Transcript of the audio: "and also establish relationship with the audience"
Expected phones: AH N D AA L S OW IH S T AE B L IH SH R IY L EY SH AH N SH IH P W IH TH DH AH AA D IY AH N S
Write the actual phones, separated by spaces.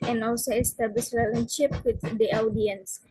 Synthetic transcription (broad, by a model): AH N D AA L S OW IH S T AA B L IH S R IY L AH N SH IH P W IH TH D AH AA D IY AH N S